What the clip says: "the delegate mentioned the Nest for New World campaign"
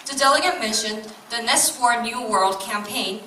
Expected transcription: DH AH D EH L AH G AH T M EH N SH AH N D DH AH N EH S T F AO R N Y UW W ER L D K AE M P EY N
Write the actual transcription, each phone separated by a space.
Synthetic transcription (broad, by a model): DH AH D EH L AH G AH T M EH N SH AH N DH AH N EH S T F AO R N Y UW W ER L D K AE M P EY N